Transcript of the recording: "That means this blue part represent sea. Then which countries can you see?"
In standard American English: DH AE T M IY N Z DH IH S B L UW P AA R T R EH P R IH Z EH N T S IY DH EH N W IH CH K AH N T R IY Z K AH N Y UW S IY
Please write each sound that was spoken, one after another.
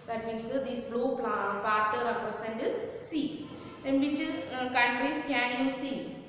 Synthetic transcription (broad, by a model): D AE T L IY Z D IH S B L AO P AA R T R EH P R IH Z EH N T S IY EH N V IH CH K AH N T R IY S K AH N Y UW S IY